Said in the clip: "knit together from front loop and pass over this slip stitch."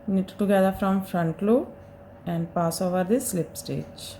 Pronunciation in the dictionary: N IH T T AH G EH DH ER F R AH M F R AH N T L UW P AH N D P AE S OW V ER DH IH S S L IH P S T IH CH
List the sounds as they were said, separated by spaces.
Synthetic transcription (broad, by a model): N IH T T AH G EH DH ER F R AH M F R AH N T L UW AH N D P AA S OW V ER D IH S S L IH P S T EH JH